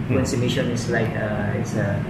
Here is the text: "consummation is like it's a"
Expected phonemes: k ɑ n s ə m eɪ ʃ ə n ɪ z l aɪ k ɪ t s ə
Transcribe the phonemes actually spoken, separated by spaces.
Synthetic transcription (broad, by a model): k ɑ n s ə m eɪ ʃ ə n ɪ s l aɪ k ɪ t s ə